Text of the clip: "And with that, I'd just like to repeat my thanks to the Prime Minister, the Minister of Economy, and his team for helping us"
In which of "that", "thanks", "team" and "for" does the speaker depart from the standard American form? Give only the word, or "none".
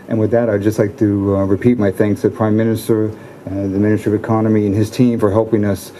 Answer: none